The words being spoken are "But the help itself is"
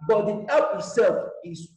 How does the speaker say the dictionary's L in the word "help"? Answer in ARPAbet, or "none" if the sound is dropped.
none